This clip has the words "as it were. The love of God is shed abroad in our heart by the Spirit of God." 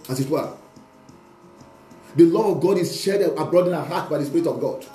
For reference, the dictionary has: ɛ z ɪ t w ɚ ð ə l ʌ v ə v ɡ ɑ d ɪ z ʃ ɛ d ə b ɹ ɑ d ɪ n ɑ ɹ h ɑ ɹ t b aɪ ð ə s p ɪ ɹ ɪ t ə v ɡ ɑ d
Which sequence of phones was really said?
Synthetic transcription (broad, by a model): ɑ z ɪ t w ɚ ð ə l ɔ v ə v ɡ ɑ d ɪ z ʃ ɛ d ə b ɹ ɑ d ɪ n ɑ h ɑ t b aɪ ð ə s p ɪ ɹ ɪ t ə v ɡ ɑ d